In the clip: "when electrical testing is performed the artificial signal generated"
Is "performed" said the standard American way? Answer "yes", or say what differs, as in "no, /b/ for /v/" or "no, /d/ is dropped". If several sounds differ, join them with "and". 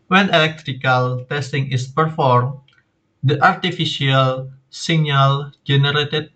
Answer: yes